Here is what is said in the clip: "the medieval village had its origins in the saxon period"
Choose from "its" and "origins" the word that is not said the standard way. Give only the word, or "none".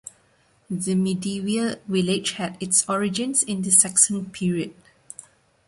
origins